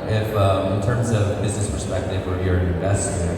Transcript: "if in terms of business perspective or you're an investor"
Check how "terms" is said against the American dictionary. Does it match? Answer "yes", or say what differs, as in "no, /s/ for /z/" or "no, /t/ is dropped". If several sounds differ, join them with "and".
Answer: yes